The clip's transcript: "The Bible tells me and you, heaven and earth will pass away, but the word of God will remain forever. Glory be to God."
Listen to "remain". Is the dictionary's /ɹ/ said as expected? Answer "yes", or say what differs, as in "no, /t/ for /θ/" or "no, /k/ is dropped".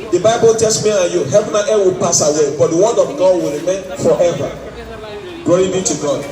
yes